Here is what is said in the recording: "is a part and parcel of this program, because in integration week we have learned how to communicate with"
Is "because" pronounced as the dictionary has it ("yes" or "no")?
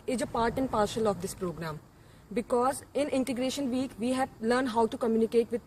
yes